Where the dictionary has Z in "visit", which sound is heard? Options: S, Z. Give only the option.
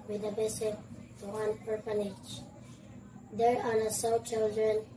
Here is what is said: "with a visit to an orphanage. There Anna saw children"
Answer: S